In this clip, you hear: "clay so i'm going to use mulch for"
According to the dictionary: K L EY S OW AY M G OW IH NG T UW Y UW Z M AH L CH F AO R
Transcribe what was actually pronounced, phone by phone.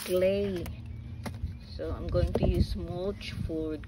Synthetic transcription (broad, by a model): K L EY S OW AY M G OW IH NG T UW Y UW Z M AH CH F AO R